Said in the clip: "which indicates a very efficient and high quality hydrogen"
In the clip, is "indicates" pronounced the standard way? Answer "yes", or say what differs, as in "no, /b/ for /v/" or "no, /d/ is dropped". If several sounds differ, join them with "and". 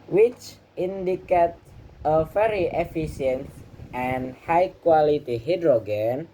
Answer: no, /s/ is dropped